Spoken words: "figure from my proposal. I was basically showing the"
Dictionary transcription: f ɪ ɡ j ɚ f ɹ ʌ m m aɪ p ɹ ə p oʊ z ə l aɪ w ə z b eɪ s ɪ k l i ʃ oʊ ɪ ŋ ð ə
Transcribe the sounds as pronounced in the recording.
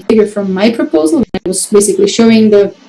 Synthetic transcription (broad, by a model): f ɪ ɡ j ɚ f ɹ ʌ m m aɪ p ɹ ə p oʊ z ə n aɪ w ə z b eɪ s ɪ k l i ʃ oʊ ɪ ŋ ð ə